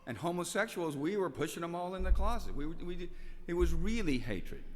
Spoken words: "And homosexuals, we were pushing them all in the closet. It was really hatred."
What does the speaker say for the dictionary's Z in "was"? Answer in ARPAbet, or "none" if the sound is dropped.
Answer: Z